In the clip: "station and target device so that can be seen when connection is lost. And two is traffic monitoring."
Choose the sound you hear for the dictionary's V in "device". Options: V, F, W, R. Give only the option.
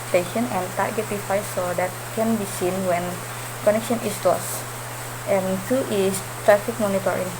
F